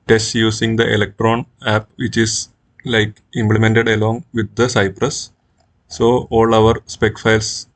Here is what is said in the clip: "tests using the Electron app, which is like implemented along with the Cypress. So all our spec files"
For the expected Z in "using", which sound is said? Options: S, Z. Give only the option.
S